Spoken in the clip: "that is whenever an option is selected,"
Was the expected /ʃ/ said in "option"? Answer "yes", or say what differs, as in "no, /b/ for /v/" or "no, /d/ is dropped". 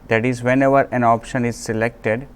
yes